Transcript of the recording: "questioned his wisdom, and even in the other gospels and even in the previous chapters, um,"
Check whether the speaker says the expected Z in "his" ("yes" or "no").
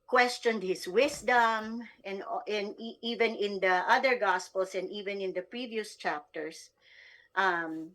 no